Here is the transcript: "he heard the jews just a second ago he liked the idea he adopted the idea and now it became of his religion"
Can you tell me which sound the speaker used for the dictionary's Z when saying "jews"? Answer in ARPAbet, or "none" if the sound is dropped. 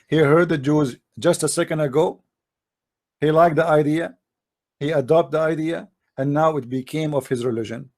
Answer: Z